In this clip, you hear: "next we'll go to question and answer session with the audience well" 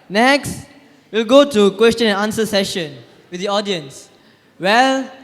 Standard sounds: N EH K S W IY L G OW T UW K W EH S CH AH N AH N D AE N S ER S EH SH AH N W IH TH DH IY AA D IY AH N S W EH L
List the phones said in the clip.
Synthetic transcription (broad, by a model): N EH K S W IY L G OW T UW K W EH S CH AH N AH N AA N S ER S EH SH AH N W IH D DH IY AA D IY AH N S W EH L